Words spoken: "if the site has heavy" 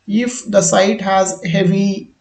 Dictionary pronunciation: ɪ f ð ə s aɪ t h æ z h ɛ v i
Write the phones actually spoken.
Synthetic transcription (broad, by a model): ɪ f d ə s aɪ t h æ z h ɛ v i